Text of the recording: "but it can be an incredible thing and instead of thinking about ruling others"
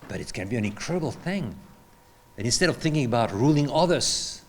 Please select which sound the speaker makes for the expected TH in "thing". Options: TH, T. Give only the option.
TH